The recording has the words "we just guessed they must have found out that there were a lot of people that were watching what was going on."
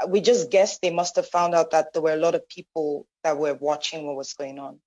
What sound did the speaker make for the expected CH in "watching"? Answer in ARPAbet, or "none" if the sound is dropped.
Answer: CH